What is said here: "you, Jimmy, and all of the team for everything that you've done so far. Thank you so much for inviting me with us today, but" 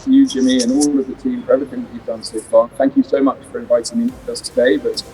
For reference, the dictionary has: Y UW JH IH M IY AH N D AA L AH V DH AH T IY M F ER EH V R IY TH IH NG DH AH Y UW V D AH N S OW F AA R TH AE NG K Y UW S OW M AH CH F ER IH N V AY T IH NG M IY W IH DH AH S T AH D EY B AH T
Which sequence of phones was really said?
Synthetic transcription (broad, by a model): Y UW JH IH M IY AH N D AA L AH V DH AH T IY M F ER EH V IY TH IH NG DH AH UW V D AH N S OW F AA TH AE NG K Y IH S OW M AH CH F ER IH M V AY T IH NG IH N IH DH AH S T AH D EY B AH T